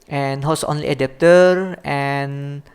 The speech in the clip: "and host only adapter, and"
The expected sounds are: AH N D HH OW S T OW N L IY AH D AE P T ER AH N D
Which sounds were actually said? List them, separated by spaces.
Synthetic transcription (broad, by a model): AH N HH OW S OW N L IY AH D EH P T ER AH N